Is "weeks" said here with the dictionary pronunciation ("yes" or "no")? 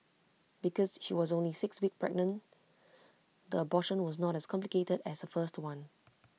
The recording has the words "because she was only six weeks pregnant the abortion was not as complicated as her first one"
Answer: no